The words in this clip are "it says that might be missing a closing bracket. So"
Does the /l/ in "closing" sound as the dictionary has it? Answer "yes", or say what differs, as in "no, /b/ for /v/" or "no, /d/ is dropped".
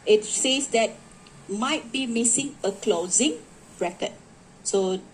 yes